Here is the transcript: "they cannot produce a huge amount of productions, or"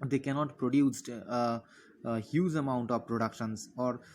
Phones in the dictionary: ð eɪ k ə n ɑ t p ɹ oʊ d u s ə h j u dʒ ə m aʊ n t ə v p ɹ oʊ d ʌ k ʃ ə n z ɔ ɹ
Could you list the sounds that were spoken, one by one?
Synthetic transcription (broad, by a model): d eɪ k ə n ɑ t p ɹ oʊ d u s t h j u z ə m aʊ n t ə v p ɹ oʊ d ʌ k ʃ ə n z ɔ ɹ